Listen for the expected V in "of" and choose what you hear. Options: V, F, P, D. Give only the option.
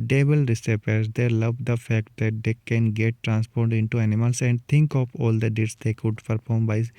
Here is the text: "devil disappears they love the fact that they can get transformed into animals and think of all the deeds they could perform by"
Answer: P